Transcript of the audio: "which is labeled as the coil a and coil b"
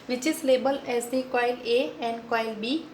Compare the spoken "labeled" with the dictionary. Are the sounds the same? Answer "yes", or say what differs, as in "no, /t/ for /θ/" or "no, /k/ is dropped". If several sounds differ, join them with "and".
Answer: no, /d/ is dropped